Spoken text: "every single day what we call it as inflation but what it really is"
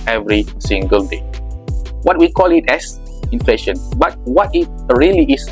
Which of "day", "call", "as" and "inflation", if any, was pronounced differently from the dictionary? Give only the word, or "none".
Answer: as